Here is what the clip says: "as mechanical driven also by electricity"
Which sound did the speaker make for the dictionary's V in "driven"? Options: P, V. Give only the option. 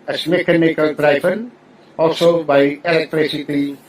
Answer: P